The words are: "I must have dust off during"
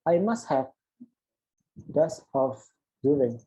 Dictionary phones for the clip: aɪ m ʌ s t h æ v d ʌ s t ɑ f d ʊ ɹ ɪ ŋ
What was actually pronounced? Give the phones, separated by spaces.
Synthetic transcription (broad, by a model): aɪ m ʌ s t h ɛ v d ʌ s ɑ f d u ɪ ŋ